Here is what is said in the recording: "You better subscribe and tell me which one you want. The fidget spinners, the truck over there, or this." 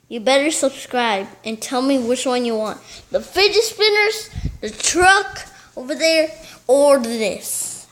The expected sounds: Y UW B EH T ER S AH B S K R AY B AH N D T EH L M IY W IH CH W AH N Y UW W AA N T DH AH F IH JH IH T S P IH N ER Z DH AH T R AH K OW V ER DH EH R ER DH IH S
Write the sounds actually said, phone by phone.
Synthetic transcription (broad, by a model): Y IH B EH T ER S AH B S K R AY B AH N T EH L M IY W IH CH W AH N Y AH W AA N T DH AH F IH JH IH S P IH N ER Z DH AH T R AH K OW V ER DH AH R ER DH IH S